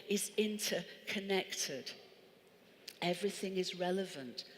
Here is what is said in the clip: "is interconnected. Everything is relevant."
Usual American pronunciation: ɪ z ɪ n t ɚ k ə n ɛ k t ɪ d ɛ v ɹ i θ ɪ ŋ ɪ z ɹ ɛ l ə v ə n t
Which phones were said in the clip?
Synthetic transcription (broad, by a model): ɪ z ɪ n t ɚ k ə n ɛ k t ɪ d ɛ v ɹ i θ ɪ ŋ ɪ z ɹ ɛ l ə v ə n t